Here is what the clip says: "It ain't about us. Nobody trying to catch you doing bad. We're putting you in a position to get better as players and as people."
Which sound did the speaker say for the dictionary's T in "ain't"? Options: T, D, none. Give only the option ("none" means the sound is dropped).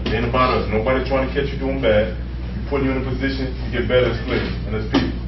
none